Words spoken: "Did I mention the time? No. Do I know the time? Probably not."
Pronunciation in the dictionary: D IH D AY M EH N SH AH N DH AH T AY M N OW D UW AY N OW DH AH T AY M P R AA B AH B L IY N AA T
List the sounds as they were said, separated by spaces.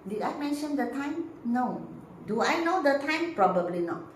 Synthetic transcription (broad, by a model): D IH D AY M EH N SH AH N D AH T AY M N OW D UW AY N OW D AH T AY M P R AA B AH B L IY N AA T